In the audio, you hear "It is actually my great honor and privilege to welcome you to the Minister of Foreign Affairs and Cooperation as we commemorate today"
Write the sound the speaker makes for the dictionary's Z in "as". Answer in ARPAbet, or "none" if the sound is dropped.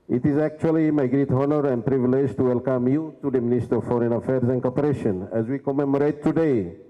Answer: Z